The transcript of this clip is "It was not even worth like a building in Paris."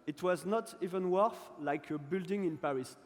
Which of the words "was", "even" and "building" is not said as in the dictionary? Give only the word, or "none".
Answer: none